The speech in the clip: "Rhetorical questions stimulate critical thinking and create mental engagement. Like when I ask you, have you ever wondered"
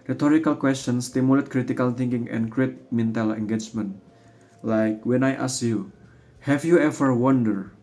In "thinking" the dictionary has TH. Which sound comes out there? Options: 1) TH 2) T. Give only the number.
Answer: 2